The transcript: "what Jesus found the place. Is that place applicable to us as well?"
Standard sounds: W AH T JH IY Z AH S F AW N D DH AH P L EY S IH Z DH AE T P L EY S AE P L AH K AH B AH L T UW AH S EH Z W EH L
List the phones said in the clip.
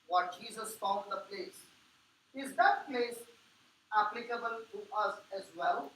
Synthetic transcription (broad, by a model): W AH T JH IY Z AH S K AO L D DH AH P L EY S IH Z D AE T P L EY S AE P L AH K AH B AH L T UW AH S EH Z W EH L